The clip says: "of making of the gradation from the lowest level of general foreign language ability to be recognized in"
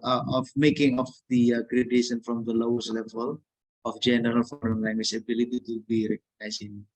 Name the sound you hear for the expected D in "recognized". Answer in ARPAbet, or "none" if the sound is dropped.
none